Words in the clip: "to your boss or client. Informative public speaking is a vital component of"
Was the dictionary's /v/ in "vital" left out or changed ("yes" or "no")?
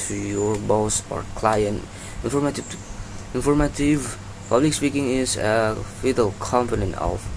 yes